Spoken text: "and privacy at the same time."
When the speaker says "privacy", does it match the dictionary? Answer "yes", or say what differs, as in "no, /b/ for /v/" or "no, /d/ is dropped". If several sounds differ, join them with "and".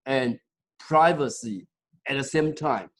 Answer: yes